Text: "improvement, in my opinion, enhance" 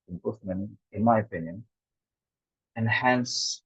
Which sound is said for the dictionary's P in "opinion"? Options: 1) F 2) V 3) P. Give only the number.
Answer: 3